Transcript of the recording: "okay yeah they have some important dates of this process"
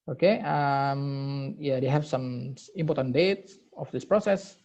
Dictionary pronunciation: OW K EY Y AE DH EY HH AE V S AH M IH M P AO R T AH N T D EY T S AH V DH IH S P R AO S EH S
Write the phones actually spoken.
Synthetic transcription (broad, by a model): OW K EY Y AE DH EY HH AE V S AH M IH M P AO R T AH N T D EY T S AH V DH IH S P R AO S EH S